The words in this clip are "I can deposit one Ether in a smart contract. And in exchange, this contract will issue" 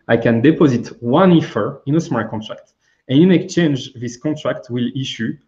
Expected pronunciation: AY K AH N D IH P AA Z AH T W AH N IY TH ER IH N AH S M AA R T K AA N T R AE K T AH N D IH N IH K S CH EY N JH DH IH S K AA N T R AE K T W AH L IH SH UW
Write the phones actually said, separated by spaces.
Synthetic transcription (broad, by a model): AY K AH N D IH P AA Z AH T W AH N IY F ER IH N AH S M AA R T K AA N T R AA K T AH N IH N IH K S CH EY N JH DH IH S K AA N T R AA K T W AH L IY SH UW